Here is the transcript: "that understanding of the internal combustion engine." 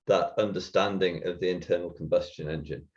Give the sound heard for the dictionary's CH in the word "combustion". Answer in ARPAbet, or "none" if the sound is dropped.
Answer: CH